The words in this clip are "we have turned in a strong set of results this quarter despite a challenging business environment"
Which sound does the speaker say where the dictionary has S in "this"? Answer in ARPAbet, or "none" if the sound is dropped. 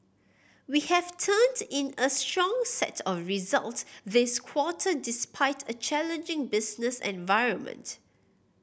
S